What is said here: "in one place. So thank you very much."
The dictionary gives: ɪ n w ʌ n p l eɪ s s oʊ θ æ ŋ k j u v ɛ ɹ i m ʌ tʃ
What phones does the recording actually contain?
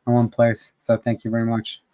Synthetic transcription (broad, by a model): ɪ w ʌ n p l eɪ s s oʊ θ æ ŋ k j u v ɛ ɹ i m ʌ tʃ